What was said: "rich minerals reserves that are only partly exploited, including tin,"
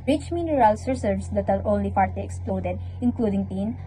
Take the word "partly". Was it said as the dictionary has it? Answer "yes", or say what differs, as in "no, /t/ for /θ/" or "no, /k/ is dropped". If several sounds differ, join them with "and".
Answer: no, /f/ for /p/ and /l/ is dropped